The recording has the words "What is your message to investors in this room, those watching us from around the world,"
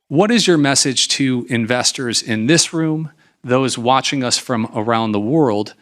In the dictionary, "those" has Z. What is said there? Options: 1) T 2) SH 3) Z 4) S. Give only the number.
3